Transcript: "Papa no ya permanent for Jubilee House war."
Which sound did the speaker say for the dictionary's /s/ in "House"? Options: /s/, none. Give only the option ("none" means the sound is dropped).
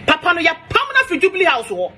/s/